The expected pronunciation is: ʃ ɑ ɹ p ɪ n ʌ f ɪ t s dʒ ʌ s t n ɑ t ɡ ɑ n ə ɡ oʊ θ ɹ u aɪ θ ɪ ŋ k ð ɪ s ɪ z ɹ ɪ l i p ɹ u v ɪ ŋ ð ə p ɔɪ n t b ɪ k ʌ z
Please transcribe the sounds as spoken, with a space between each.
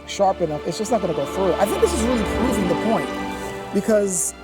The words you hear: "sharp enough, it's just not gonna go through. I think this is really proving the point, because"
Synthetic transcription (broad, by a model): ʃ ɑ ɹ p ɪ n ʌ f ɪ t s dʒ ʌ s n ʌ t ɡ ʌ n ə ɡ oʊ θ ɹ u aɪ θ ɪ ŋ k ð ɪ s ɪ z ɹ ɪ l i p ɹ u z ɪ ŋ ð ə p ɔɪ n t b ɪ k ʌ z